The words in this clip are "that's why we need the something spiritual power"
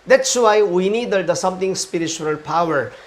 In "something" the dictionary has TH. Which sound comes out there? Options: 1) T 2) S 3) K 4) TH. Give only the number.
1